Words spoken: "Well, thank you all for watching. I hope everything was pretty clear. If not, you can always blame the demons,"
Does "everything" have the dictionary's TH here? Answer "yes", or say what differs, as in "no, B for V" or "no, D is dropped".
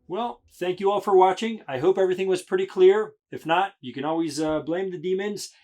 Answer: yes